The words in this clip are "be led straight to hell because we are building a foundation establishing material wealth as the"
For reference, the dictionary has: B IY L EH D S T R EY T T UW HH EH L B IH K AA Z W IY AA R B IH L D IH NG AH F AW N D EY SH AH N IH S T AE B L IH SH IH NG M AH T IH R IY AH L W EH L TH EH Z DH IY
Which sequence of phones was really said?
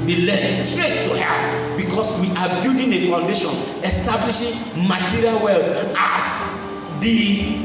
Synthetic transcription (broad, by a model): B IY L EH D S T R EY T T UW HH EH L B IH K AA S W IY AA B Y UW D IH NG AH F AW N D EY SH AH N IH S T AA B L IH SH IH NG M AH T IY R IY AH L W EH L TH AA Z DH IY